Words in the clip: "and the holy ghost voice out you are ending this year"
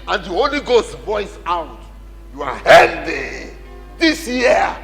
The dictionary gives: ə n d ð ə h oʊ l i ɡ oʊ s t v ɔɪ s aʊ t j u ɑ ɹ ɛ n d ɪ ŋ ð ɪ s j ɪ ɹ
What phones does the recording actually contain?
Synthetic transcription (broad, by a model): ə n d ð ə h oʊ l i ɡ oʊ s t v ɔɪ s aʊ t j u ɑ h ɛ l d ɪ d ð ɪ s j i